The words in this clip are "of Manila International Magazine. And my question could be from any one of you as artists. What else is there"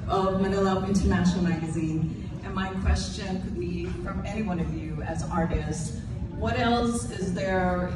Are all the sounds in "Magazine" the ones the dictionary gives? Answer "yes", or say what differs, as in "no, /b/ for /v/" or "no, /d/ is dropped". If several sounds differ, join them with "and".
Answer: yes